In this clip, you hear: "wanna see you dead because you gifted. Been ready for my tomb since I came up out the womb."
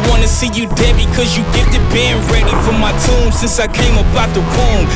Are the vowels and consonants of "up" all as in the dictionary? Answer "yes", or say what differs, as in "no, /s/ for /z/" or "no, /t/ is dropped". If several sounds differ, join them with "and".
no, /b/ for /p/